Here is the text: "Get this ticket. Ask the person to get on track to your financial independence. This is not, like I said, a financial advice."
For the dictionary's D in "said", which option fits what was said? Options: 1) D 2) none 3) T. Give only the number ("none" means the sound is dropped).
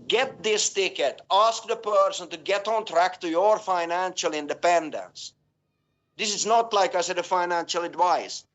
1